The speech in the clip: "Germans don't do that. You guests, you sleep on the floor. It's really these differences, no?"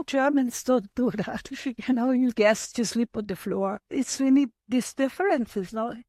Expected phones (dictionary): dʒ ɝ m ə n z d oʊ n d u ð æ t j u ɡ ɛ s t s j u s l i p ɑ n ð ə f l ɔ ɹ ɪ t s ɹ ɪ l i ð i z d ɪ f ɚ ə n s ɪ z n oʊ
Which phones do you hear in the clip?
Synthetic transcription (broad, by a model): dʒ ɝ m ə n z d oʊ n d u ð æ t j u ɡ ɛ s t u s l i p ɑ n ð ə f l ɔ ɹ ɪ t s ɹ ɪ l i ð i s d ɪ f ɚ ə n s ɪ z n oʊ